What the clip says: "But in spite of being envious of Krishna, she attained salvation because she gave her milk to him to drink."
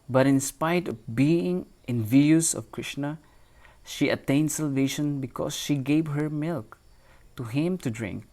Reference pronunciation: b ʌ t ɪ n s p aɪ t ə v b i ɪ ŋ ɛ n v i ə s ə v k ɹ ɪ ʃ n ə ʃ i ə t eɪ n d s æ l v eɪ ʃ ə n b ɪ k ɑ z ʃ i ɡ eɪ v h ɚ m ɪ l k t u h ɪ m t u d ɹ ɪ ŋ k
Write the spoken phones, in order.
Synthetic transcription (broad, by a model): b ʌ t ɪ n s p aɪ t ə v b i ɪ ŋ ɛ n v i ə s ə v k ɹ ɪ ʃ n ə ʃ i ə t eɪ n d s æ l v eɪ ʃ ə n b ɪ k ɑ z ʃ i ɡ eɪ v h ɚ m ɪ l k t u h ɪ m t u d ɹ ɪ ŋ k